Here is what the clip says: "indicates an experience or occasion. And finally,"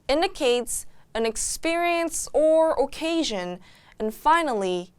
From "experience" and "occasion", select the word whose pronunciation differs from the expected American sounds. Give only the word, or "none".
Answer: none